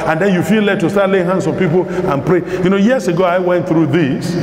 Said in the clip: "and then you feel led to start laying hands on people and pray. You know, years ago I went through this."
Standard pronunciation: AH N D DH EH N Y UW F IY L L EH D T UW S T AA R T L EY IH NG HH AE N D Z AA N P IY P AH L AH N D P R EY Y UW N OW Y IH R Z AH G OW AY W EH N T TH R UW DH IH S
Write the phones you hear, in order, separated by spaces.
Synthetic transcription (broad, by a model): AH N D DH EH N Y UW F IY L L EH T UW S T AA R T L EY IH NG HH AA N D S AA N P IY P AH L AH N P R EY Y UW N OW Y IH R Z AH G OW AY W EH N T TH R UW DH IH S